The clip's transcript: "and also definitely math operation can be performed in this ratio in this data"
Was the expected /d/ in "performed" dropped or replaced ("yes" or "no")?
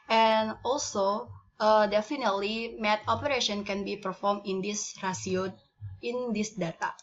yes